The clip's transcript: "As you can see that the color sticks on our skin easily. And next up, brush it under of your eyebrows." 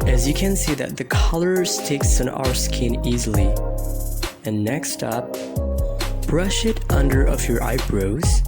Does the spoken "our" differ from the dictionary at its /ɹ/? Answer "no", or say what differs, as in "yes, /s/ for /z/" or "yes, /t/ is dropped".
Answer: no